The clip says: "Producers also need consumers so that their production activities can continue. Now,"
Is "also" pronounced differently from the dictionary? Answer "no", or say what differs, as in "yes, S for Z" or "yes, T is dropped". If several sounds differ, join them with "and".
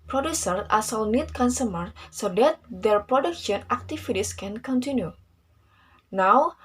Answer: yes, L is dropped